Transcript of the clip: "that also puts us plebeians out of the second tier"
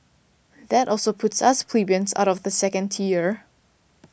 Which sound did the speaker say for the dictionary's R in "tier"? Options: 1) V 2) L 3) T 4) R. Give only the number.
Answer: 4